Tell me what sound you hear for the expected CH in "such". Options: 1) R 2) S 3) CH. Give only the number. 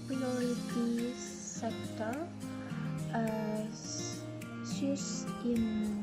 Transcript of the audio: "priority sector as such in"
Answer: 2